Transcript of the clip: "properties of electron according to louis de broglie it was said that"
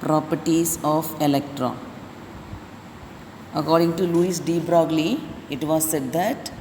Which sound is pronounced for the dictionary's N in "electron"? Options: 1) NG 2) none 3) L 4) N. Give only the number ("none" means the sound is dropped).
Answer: 2